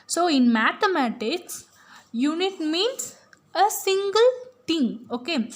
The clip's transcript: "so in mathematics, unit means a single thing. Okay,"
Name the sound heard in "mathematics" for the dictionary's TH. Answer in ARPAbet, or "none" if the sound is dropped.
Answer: T